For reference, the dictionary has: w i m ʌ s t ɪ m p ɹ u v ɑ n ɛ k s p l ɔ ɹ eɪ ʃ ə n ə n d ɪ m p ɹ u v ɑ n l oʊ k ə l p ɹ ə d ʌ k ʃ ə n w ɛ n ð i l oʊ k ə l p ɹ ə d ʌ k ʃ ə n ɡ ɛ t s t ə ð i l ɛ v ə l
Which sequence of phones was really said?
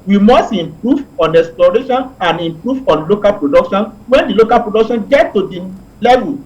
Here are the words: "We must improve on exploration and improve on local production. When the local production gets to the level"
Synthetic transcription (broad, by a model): w i m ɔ s t ɪ m p ɹ u v ɑ n ɛ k s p l ɔ ɹ eɪ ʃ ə n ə n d ɪ m p ɹ u v ɑ n l oʊ k ə l p ɹ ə d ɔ k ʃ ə n w ɛ n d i l oʊ k ə l p ɹ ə d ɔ k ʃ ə n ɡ ɛ t t ə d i l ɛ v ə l